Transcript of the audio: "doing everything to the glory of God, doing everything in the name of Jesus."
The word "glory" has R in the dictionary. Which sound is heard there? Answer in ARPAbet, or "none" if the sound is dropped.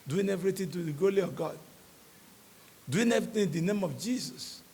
L